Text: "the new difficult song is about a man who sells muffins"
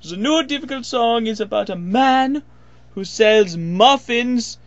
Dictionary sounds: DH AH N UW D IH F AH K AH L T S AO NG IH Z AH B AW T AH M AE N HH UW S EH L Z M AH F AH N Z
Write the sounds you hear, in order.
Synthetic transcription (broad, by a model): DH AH N UW D IH F AH K AH L T S AO NG IH Z AH B AW T AH M AE N HH UW S EH L Z M AH F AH N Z